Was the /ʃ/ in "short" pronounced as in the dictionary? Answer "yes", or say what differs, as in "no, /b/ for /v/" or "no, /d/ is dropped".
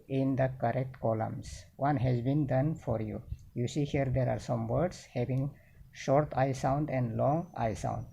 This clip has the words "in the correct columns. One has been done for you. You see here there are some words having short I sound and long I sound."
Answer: yes